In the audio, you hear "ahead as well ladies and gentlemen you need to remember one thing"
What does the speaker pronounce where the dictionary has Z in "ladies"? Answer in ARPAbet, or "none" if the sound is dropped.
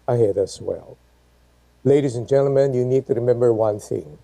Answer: Z